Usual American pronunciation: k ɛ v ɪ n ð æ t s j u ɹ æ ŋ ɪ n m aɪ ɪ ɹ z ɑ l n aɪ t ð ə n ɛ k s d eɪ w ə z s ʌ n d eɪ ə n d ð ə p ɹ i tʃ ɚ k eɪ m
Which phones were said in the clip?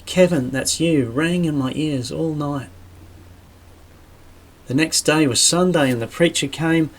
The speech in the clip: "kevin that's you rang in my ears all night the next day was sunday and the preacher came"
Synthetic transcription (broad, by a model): k ɛ v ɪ n ð æ t s j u ɹ æ ŋ ɪ n m aɪ ɪ ɹ z ɑ l n aɪ t ð ə n ɛ k s d eɪ w ə z s ʌ n d eɪ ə n ð ə p ɹ i tʃ ɚ k eɪ m